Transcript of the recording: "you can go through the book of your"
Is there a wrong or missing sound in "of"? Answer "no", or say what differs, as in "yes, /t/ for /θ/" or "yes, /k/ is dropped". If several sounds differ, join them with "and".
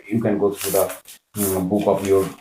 yes, /p/ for /v/